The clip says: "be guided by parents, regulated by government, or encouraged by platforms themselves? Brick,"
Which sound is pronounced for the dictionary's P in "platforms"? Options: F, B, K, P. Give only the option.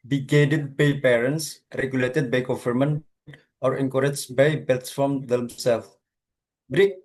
B